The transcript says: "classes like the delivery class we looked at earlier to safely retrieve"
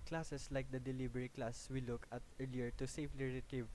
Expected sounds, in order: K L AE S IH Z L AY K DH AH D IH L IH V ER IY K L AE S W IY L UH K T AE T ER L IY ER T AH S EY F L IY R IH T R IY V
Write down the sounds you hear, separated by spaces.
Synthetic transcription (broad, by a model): K L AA S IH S L AY K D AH D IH L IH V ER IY K L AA S W IY L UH K AH T ER L IY ER T AH S EY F L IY R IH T R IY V